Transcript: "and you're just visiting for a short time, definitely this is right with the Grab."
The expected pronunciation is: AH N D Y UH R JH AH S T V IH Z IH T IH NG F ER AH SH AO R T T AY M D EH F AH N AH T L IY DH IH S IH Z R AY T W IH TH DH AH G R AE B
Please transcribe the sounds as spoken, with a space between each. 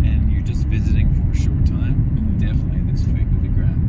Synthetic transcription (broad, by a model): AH N Y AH R JH AH S T V IH Z IH T IH NG F ER AH SH AO R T T AY M D EH F AH N AH T L IY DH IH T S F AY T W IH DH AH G R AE